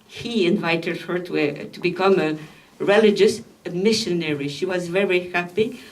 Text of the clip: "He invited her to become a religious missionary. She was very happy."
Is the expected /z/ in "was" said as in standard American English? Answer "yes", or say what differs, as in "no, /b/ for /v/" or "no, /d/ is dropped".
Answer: yes